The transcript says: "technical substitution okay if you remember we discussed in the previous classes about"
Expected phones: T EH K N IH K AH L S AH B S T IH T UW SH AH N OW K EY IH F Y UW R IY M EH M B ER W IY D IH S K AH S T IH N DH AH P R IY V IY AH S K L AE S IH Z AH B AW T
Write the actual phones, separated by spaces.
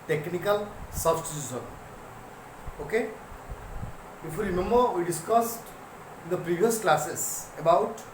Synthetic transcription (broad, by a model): T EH K N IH K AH L S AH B S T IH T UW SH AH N OW K EY IH F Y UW R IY M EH M B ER W IY D IH S K AH S T IH N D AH P R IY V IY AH S K L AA S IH S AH B AW T